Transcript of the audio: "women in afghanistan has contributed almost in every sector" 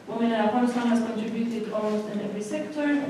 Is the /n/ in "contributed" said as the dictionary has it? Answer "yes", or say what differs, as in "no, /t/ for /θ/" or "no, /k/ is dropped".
yes